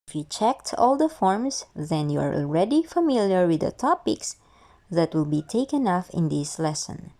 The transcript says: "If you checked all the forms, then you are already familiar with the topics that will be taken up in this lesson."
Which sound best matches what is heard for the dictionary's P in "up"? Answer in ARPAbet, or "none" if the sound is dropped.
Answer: F